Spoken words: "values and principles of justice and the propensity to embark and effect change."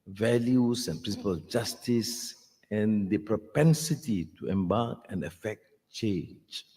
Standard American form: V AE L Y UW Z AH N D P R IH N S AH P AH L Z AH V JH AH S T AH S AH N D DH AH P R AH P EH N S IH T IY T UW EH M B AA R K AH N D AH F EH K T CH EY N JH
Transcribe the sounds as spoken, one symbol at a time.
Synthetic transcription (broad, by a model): V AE L Y UW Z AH N P R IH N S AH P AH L AH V JH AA S T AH S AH N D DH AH P R AH P EH N S IH T IY T UW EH M B AA K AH N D AH F EH K T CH EY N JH